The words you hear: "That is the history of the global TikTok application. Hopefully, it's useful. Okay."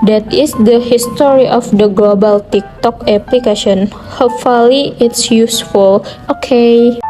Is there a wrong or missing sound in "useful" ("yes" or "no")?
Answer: no